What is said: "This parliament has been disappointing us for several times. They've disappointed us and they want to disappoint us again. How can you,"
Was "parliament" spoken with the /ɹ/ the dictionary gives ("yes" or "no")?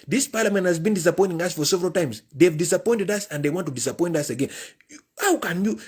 yes